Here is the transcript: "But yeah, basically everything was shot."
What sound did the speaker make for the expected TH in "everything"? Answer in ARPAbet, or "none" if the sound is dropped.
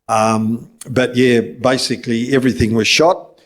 TH